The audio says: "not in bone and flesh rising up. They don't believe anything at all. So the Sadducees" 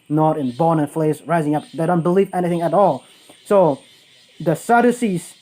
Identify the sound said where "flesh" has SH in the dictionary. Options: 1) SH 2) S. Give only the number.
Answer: 2